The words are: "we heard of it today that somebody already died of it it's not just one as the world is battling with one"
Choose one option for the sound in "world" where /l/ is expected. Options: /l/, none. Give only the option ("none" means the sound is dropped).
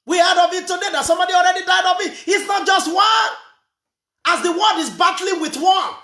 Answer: none